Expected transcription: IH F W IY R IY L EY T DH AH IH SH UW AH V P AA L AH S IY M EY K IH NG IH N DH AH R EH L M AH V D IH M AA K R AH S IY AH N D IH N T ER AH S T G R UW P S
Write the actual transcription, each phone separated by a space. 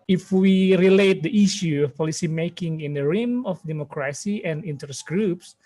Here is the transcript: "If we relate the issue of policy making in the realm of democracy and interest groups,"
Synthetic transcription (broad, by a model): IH F W IY R IY L EY T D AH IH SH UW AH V P AA L AH S IY M EY K IH NG IH N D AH R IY M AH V D IH M AA K R AH S IY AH N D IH N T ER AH S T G R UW P S